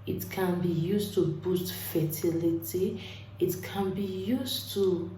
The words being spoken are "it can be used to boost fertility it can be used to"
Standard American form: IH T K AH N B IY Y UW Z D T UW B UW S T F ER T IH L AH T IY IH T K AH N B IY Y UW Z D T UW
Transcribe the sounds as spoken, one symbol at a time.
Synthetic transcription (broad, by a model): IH T K AH N B IY Y UW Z T UW B UW S T F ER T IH L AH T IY IH T K AH N B IY Y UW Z T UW